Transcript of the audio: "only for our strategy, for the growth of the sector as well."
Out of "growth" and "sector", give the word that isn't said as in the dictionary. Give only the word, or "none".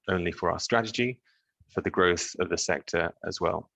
none